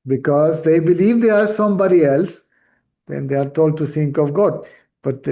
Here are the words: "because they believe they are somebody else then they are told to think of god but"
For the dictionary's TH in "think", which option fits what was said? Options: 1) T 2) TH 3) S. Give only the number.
1